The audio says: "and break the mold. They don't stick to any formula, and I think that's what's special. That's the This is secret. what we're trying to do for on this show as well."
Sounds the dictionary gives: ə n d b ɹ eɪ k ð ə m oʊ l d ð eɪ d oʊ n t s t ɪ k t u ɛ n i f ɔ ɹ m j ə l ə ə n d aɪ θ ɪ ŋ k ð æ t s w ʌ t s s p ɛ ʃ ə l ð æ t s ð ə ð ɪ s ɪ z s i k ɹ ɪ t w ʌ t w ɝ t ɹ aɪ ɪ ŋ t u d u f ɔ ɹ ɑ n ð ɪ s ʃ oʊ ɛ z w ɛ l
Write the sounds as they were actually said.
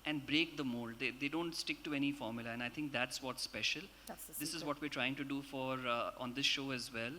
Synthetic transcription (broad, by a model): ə n d b ɹ eɪ k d ə m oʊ l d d eɪ d oʊ n t s t ɪ k t u ɛ n i f ɔ ɹ m j ə l ə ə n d aɪ t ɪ ŋ k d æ t s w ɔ t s s p ɛ ʃ ə l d ɪ s ɪ z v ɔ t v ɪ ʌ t t ɹ aɪ ɪ ŋ t u d u f ɔ ɹ ɑ n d ɪ s ʃ oʊ ɛ z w ɛ l